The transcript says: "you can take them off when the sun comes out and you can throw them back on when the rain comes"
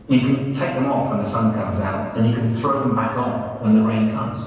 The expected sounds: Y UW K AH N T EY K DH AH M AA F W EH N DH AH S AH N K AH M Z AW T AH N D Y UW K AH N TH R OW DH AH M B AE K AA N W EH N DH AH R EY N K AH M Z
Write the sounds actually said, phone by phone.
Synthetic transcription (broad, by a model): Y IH K AH N T EY K DH AH M AA F W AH N DH AH S AH N K AH M Z AW T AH N Y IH K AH N TH R OW DH AH M B AE K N W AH N DH AH R EY N K AH M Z